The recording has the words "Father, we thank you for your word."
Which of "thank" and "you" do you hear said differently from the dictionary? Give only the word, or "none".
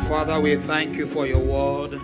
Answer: none